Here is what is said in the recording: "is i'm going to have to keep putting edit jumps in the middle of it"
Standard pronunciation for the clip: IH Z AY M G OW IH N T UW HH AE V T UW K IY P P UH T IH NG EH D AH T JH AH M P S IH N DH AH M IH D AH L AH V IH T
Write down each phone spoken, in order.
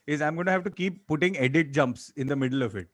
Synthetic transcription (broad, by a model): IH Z AY M G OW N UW HH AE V T UW K IY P P UH T IH NG EH D AH T JH AH M P S IH N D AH M IH D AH L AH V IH T